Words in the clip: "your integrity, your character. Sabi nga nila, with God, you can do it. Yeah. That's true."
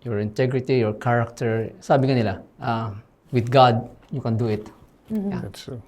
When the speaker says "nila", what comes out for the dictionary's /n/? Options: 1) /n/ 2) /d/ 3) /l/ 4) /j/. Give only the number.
3